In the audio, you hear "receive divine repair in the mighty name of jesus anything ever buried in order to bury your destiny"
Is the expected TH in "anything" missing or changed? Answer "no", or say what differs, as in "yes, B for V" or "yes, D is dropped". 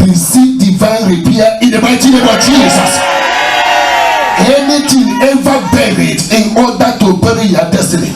yes, T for TH